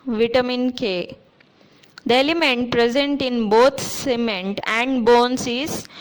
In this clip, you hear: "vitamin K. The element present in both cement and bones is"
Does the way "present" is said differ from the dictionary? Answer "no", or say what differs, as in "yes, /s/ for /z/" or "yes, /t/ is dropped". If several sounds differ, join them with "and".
no